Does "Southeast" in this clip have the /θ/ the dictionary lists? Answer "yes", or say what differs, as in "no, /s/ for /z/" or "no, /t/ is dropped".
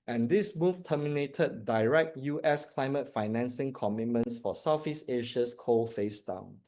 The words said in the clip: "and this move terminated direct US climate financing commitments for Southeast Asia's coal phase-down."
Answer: no, /f/ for /θ/